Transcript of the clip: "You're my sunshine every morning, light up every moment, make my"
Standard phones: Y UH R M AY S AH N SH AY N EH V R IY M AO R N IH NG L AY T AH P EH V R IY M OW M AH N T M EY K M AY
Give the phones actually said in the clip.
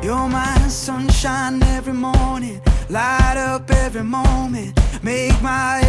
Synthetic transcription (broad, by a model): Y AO M AY S AH N SH AY N EH V R IY M AO R N IH NG L AY T AH P EH V R IY M OW M AH N T M EY K M AY